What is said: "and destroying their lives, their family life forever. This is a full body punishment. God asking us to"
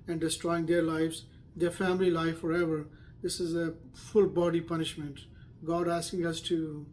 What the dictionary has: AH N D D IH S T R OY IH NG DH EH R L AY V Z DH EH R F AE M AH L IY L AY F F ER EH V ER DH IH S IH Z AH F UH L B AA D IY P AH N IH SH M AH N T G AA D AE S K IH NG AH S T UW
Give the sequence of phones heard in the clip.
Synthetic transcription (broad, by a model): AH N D D IH S T R OY IH NG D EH R L AY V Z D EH R F AE M AH L IY L AY F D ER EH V ER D IH S IH Z AH F UH L B AA D IY P AH N IH SH M AH N T G AA D AE S K IH NG AH S T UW